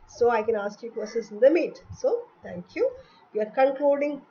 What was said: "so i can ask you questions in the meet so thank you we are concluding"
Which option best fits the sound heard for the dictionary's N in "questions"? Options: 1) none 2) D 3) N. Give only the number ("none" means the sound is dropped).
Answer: 1